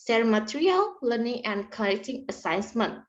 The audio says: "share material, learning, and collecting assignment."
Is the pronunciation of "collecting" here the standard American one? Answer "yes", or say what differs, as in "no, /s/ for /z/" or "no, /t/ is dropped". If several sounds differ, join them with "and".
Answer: no, /n/ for /l/